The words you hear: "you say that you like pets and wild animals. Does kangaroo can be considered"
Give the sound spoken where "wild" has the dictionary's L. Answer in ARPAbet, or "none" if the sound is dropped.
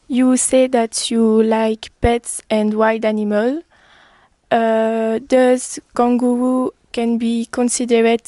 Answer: none